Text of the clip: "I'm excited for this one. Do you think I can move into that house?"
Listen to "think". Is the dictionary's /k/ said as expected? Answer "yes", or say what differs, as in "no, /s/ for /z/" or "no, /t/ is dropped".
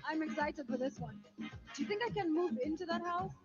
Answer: yes